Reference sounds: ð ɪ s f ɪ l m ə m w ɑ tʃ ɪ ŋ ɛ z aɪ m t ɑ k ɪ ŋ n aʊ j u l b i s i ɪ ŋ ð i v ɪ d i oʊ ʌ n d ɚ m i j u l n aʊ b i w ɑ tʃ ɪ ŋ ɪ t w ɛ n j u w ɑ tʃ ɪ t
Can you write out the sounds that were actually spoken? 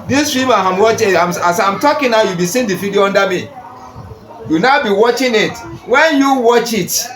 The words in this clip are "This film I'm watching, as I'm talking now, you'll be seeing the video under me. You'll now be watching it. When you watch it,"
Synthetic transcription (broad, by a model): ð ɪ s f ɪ m ə m w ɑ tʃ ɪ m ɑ s aɪ m t ɑ k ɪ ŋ n aʊ j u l b i s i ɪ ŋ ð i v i d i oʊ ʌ n d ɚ m i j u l n aʊ b i w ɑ tʃ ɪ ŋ ɪ t w ɛ n j u w ɑ tʃ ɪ t